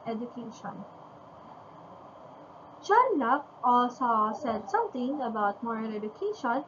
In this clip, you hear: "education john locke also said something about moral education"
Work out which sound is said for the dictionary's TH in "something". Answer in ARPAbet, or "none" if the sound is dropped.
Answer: T